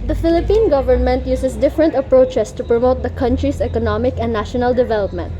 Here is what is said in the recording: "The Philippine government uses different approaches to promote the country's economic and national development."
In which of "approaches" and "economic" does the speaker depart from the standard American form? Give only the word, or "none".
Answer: approaches